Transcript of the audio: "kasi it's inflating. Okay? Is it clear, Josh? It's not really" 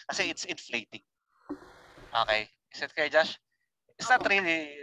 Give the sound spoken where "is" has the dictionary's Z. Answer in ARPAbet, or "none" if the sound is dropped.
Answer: S